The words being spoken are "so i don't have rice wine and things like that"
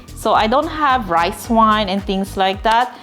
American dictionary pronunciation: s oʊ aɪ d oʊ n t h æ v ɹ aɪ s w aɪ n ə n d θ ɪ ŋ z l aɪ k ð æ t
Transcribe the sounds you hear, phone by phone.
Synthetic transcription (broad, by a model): s oʊ aɪ d oʊ n t h æ v ɹ aɪ s w aɪ n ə n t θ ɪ ŋ s l aɪ k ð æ t